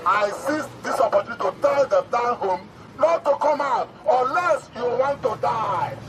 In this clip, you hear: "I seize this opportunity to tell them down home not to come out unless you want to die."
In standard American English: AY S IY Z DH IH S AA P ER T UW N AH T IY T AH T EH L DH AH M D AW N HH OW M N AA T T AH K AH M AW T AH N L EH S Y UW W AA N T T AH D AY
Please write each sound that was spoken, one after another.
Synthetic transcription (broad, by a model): AY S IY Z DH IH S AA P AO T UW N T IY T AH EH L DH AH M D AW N HH OW M L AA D T AH K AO M AW T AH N L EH S Y UW W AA N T T AH D AY